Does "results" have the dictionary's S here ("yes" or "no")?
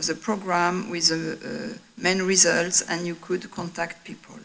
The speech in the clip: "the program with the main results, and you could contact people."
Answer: yes